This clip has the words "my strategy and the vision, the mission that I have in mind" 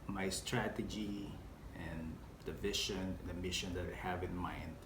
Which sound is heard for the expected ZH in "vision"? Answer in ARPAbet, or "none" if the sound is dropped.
SH